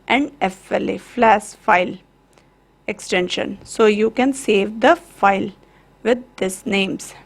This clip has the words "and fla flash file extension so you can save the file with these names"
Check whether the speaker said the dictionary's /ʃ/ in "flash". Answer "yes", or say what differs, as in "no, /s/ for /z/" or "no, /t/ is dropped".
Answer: no, /s/ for /ʃ/